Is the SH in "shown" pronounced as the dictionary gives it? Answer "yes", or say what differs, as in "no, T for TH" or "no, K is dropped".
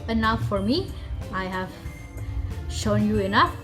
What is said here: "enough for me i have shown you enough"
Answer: yes